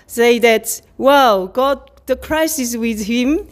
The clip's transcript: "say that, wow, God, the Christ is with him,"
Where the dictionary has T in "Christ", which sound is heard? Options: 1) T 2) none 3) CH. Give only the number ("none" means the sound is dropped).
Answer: 2